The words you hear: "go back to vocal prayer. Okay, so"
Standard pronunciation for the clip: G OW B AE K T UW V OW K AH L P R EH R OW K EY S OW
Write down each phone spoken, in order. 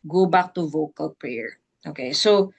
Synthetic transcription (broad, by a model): G OW B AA K T UW V OW K AH L P R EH R OW K EY S OW